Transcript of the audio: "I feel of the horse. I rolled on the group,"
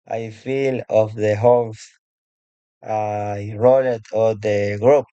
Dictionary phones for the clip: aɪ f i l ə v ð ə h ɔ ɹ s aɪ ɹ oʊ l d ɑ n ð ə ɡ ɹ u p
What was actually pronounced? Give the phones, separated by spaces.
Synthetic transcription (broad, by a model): aɪ f i l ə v ð ə h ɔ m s aɪ ɹ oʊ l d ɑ l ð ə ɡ ɹ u p